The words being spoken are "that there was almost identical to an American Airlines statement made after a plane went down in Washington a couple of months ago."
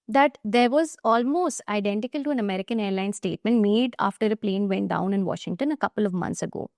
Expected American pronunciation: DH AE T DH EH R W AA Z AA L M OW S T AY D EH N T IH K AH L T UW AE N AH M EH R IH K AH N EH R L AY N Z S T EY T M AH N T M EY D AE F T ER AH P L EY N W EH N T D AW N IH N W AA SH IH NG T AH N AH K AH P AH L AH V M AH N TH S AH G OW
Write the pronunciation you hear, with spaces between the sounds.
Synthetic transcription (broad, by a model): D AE T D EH R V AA Z AA L M OW S T AY D EH N T IH K AH L T UW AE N AH M EH R IH K AH N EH R L AY N S T EY T M AH N T M EY D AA F T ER AH P L EY N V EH N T D AW N IH N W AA SH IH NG T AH N AH K AH P AH L AH V M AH N S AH G OW